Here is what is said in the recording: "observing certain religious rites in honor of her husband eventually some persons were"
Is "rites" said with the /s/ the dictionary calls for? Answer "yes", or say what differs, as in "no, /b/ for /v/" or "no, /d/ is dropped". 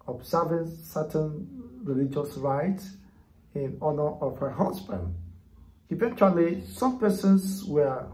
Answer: no, /s/ is dropped